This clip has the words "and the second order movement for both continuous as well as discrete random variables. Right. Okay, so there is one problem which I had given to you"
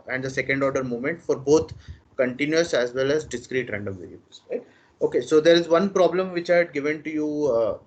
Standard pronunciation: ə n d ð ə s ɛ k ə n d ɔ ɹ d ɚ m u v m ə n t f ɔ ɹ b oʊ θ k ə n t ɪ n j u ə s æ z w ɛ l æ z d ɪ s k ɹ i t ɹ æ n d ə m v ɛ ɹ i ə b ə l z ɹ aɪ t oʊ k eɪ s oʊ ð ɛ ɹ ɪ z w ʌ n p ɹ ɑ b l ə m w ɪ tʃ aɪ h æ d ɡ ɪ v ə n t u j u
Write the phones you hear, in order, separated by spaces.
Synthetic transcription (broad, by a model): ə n d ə s ɛ k ə n d ɔ ɹ d ɚ m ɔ m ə n t f ɔ ɹ b oʊ t k ə n t ɪ n j u ə s æ z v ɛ l æ z d ɪ s k ɹ i t ɹ æ n d ə m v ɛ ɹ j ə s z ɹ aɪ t oʊ k eɪ s oʊ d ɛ ɹ ɪ z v ʌ n p ɹ ɑ b l ə m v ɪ tʃ aɪ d ɡ ɪ v ə n t u j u